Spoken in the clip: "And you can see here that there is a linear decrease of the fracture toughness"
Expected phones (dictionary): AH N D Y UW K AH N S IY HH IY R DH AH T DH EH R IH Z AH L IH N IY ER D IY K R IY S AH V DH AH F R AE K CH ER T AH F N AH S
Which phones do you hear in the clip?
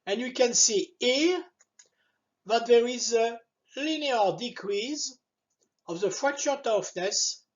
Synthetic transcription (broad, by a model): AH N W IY K AH N S IY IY DH AH T DH EH R IH Z AH L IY N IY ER D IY K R IY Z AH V DH AH F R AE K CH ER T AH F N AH S